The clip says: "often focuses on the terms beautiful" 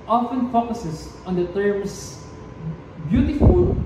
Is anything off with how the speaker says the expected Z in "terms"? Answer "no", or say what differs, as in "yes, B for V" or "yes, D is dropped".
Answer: yes, S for Z